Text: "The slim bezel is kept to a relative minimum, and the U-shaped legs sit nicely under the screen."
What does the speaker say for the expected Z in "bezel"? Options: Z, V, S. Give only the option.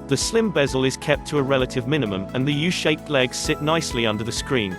Z